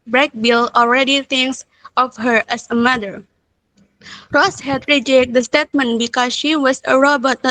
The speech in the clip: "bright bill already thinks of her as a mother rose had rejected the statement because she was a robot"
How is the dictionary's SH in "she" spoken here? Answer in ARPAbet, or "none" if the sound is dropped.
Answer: SH